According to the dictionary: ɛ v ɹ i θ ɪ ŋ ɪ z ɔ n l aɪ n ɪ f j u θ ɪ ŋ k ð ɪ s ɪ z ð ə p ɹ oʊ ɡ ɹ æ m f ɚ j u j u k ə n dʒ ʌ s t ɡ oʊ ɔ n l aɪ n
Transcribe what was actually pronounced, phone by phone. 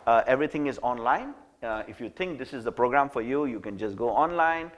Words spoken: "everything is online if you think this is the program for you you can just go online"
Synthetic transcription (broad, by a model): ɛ v ɹ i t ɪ ŋ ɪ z ɔ n l aɪ n ɪ f j u t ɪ ŋ k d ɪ s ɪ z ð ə p ɹ oʊ ɡ ɹ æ m f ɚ j u j u k ə n dʒ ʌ s ɡ oʊ ɔ n l aɪ n